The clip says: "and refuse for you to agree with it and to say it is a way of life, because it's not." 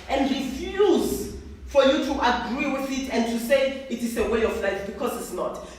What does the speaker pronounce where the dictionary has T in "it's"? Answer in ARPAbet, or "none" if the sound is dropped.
T